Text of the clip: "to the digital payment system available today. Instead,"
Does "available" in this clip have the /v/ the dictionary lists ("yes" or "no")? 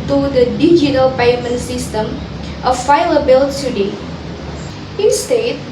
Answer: no